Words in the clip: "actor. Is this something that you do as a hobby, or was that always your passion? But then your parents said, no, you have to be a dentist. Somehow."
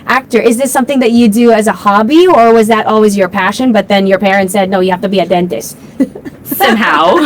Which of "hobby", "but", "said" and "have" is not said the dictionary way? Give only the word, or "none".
have